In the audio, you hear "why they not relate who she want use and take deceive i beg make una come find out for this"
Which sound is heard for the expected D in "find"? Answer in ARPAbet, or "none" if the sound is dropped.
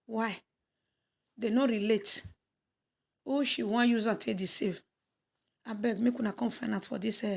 none